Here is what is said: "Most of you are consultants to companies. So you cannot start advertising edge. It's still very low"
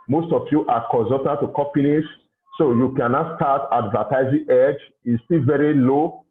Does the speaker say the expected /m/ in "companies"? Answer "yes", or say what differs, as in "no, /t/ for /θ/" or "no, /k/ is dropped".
no, /m/ is dropped